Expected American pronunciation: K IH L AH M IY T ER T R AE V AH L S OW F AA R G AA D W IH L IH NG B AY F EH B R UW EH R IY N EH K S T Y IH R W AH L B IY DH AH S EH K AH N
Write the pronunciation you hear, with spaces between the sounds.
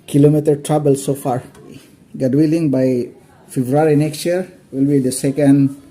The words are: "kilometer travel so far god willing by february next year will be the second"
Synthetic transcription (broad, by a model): K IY L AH M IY T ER T R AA B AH L S OW F AA R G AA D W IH L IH NG B AY F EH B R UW R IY N EH K S T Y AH R W AH L B IY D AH S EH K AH N